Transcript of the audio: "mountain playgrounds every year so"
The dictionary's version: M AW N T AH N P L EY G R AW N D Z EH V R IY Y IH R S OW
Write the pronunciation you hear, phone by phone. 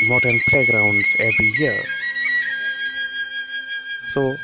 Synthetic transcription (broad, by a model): M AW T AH N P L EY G R AW N D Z EH V R IY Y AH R S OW